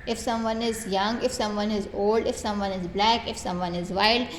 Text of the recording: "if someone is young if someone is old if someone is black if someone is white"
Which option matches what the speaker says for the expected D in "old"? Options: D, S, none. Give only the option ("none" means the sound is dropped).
D